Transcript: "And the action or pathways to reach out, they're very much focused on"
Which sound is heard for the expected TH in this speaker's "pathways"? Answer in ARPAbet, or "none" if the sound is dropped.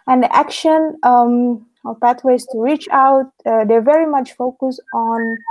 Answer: T